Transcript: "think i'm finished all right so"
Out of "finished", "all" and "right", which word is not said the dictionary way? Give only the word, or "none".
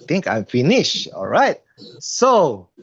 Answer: finished